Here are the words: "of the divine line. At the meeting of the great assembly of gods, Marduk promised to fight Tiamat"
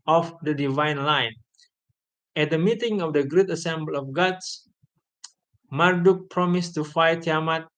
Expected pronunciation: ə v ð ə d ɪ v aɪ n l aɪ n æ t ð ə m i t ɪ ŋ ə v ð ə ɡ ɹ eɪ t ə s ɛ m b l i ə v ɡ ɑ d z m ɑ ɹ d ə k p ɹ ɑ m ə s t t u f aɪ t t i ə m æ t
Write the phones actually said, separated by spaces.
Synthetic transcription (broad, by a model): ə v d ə d ɪ v aɪ n l aɪ n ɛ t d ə m i t ɪ ŋ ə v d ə ɡ ɹ eɪ t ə s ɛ m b l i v ɡ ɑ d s m ɑ ɹ d ə k p ɹ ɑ m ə s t t u f aɪ t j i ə m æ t